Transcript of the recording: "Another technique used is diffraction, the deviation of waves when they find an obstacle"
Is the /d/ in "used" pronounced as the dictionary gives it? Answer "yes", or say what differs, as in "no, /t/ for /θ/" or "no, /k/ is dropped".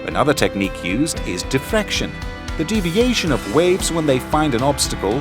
yes